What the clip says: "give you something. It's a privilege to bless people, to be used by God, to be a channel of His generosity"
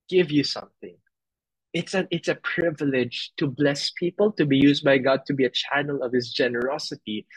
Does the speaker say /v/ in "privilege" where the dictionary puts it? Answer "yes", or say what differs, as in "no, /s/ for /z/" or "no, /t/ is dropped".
yes